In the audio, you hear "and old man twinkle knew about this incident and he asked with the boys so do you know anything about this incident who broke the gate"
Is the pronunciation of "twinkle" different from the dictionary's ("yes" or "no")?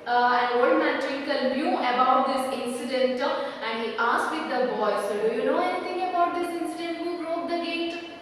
yes